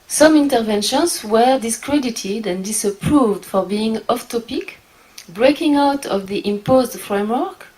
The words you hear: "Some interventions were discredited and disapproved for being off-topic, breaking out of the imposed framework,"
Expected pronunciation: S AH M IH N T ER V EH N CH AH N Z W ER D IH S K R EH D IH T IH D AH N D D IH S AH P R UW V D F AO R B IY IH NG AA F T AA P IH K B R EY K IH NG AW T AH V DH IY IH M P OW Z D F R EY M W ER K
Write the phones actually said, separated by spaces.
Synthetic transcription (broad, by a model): S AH M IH N T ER V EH N SH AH N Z W ER D IH S K R EH D IH T IH D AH N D D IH S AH P R UW V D F AO R B IY IH NG AA F T AA P IH K B R EY K IH NG AW T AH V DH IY IH M P OW Z D F R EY M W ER K